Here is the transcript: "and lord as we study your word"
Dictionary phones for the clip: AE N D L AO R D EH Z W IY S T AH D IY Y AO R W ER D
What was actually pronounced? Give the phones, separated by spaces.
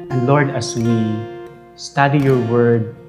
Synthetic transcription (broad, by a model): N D L AO R D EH S W IY S T AH D IY Y AO R W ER D